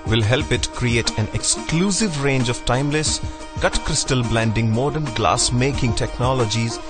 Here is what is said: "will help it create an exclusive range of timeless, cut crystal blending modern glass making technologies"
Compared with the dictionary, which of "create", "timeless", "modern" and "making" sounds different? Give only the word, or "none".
none